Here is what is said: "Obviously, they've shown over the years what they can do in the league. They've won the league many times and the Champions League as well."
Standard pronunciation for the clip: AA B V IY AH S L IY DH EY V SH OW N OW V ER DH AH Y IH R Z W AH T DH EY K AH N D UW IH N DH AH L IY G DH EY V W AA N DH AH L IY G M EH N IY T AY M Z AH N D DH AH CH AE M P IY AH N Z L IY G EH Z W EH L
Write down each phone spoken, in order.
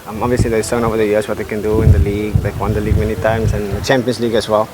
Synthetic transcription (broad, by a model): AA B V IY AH S L IY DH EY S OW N OW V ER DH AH Y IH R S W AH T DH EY K AH N D UW IH N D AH L IY G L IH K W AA N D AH L IY G M EH N IY T AY M S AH N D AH CH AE M P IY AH N S L IY G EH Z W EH L